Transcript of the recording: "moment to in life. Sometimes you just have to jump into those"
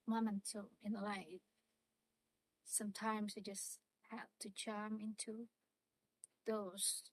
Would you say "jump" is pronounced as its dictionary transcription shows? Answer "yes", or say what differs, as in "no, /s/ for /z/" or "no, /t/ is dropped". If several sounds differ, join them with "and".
no, /tʃ/ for /dʒ/